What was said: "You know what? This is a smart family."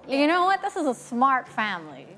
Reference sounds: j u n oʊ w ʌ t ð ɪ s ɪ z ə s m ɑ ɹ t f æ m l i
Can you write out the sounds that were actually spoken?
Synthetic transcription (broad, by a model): j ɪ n oʊ w ʌ t ð ɪ s ɪ z ə s m ɑ ɹ t f æ m l i